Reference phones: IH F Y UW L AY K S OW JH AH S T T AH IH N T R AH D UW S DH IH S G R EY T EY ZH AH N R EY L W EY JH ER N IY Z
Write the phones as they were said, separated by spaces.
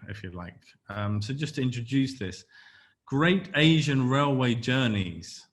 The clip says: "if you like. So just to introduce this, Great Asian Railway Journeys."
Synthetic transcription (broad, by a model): IH F Y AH L AY K S OW JH AH S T T AH IH N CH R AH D UW S DH IH S G R EY T EY ZH AH N R EY L W EY JH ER N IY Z